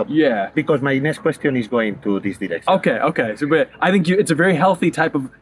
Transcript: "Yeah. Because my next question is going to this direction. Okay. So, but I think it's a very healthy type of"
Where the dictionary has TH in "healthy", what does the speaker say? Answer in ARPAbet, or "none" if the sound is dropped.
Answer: TH